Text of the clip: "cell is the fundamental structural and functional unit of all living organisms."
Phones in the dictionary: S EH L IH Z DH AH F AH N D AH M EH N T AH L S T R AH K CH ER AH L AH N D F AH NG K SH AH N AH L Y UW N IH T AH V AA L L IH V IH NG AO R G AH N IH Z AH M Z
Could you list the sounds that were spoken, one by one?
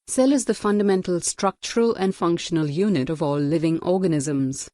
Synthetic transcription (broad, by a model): S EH L IH Z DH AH F AH N D AH M EH N T AH L S T R AH K CH ER AH L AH N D F AH NG K SH AH N AH L Y UW N IH T AH V AA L L IH V IH NG AO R G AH N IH Z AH M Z